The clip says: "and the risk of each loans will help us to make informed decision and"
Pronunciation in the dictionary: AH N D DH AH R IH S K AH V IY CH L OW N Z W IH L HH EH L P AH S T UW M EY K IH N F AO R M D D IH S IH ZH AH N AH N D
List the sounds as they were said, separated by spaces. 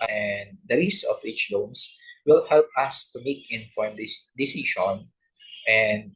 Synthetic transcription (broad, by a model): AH N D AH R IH S AH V IY CH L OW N S W IH L HH EH L P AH S T UW M EY K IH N F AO R M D D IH S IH SH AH N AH N D